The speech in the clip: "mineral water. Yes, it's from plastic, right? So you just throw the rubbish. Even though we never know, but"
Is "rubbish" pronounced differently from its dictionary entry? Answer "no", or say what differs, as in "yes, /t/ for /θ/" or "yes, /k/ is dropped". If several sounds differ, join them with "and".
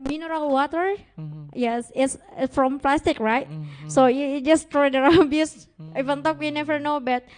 yes, /s/ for /ʃ/